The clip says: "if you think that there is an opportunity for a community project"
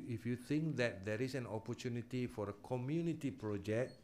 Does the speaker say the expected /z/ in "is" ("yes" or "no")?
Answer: no